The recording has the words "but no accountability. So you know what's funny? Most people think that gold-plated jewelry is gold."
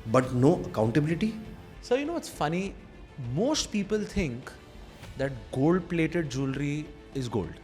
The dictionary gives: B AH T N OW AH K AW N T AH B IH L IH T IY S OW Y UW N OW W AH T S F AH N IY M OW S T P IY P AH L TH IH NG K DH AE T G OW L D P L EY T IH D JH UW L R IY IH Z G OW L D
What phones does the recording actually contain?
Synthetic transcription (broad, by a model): B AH T N OW AH K AW N T AH B IH L IH T IY S OW Y UW N OW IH T S F AH N IY M OW S T P IY P AH L T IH NG K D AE T G OW L D P L EY T IH D JH UW L R IY IH Z G OW L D